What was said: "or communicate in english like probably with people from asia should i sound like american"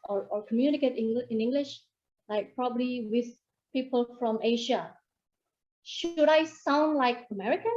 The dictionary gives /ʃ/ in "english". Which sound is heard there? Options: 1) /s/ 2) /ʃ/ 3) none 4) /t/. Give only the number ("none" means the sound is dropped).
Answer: 2